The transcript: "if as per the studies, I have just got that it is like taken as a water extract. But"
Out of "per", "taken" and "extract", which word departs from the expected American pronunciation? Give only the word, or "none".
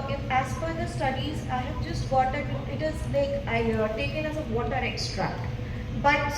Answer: per